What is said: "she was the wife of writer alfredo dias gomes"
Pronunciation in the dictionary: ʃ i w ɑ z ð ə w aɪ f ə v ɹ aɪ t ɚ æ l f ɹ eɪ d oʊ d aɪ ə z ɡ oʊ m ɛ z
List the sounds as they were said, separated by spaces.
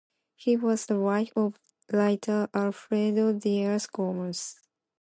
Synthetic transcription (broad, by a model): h i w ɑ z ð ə w aɪ f ə v l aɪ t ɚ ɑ l f ɹ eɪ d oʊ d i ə s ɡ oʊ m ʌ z